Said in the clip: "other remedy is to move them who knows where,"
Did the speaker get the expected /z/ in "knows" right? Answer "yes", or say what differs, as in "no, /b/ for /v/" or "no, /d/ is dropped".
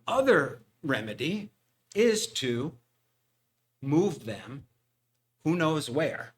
yes